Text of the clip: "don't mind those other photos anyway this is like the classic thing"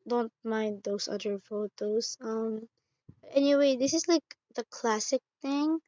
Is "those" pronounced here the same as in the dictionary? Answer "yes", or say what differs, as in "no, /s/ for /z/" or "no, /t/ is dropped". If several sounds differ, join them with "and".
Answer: no, /s/ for /z/